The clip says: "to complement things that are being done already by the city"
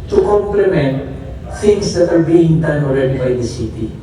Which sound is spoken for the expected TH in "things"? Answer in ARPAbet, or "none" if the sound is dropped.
S